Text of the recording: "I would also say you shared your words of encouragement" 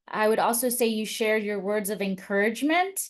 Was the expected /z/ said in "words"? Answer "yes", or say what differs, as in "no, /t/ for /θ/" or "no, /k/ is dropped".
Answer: yes